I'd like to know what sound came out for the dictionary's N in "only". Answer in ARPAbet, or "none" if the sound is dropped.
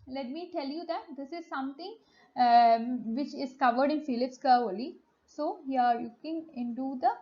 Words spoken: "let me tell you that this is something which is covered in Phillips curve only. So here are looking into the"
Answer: none